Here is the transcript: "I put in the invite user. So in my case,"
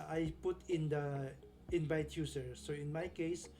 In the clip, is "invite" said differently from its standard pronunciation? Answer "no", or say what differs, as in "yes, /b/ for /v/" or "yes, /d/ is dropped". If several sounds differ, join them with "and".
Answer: yes, /b/ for /v/